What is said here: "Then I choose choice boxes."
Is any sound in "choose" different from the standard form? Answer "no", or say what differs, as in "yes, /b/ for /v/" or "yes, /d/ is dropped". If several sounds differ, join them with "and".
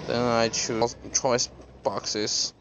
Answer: yes, /z/ is dropped